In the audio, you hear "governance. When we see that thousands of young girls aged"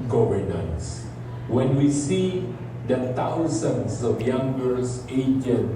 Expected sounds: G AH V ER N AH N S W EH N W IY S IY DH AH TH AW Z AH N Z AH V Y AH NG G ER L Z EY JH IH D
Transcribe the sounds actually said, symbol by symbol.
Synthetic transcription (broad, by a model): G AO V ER N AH N S W EH N W IY S IY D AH T AW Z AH N S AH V Y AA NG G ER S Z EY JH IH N